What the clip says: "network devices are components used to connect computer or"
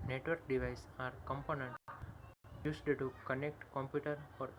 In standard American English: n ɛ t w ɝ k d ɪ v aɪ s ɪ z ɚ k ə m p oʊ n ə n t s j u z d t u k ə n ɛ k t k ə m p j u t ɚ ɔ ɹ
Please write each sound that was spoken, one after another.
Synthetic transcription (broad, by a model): n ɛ t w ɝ k d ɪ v aɪ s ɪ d k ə m p oʊ n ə n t j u s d t u k ə n ɛ k t k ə m p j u t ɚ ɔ ɹ